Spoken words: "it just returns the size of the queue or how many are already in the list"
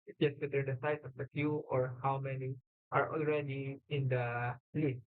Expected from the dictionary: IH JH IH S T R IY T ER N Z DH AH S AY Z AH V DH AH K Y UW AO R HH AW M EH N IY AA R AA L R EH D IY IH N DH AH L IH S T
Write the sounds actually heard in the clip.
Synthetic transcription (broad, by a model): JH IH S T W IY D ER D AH S AY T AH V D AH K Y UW AO R HH AW M EH N IY AA R AA L R EH D IY IH N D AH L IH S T